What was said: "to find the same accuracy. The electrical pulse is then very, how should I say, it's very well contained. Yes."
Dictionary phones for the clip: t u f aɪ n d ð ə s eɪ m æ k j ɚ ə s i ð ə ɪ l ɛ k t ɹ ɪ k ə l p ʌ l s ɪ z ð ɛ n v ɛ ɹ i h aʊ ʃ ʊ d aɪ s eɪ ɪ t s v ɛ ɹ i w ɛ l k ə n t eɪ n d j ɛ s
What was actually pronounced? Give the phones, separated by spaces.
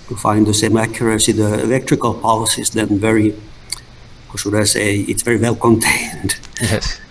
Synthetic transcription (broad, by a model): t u f aɪ n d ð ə s eɪ m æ k j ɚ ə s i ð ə ɪ l ɛ k t ɹ ɪ k ə l p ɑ l s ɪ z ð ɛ n v ɛ ɹ i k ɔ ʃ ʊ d aɪ s eɪ ɪ t s v ɛ ɹ i w ɛ l k ə n t eɪ n d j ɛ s